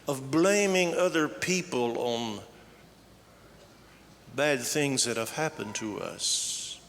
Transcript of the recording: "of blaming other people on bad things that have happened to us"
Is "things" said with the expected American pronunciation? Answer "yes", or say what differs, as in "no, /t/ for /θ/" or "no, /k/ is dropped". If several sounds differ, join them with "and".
yes